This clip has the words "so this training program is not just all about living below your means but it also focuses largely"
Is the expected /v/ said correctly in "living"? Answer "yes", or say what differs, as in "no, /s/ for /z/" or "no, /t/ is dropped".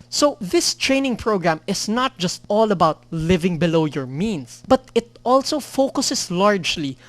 yes